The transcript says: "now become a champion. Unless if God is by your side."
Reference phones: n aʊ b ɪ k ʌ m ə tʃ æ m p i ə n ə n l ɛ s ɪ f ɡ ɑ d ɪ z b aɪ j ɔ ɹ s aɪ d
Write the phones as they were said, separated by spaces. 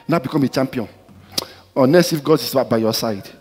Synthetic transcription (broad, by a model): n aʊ b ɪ k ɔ m ə tʃ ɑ m p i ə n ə n ɛ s ɪ f ɡ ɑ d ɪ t b aɪ j ɔ s aɪ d